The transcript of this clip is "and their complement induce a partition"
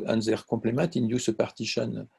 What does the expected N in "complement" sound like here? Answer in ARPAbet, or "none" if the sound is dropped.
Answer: none